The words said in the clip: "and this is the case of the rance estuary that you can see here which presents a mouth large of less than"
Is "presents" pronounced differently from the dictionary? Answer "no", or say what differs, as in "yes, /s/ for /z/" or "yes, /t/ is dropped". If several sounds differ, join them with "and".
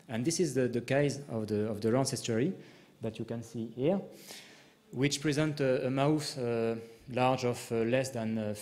yes, /s/ is dropped